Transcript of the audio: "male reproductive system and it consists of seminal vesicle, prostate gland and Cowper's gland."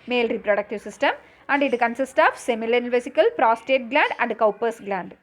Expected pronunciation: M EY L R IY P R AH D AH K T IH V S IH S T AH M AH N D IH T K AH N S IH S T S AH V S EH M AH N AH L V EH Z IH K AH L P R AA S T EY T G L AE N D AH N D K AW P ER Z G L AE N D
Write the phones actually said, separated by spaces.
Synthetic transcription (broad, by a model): M EY L R IY P R AH D AH K T IH V S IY S T AH M AH N D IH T K AH N S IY S T AH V S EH M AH L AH N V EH S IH K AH L P R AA S T EY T G L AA N D AH N D K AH P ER S G L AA N D